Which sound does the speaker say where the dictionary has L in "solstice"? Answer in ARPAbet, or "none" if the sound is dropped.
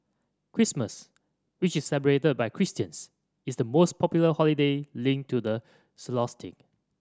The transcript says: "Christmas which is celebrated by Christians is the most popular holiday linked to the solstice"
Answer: none